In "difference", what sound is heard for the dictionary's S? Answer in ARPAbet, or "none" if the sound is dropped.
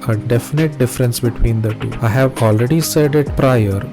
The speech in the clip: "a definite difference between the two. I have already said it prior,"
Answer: S